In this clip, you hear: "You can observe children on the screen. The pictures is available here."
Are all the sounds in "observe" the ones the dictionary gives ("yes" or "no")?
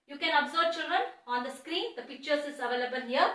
no